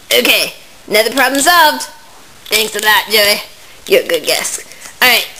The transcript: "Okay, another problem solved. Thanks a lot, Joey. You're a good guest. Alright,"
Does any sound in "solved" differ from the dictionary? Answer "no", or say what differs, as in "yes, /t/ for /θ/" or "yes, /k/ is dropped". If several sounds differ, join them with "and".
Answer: no